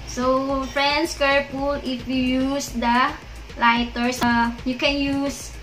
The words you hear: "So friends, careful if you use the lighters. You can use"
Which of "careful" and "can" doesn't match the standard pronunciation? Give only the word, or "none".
careful